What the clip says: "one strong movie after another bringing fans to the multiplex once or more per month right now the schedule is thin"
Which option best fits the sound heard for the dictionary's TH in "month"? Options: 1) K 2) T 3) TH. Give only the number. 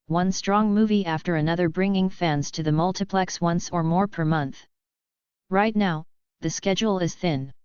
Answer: 3